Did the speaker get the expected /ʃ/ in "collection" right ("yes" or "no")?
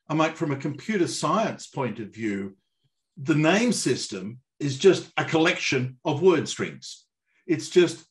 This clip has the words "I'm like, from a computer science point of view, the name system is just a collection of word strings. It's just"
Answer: yes